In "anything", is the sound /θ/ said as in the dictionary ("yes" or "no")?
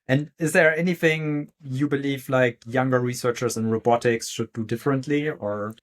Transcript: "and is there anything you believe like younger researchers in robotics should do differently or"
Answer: yes